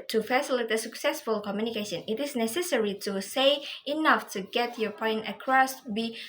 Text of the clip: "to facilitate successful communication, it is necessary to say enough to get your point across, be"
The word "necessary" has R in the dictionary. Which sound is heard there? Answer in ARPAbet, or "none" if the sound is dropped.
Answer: R